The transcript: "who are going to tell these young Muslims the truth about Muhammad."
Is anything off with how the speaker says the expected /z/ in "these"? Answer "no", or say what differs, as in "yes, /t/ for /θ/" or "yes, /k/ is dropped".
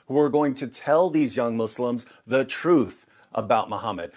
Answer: no